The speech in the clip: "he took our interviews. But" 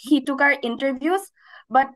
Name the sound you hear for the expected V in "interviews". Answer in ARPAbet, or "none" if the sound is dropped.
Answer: B